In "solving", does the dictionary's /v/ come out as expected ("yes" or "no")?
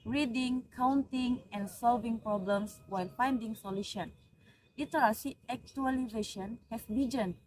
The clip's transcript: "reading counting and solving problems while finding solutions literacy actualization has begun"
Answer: yes